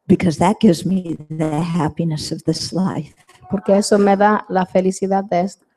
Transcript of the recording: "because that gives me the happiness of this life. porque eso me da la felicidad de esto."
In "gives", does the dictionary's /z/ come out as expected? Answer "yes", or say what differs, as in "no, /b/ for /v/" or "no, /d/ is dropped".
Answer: yes